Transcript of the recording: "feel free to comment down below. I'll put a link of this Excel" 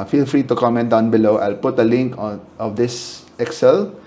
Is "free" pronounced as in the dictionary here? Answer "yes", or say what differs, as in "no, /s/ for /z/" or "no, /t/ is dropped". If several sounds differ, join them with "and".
yes